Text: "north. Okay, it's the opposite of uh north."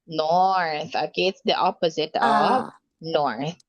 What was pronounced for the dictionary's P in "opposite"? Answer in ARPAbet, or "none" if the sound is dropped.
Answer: P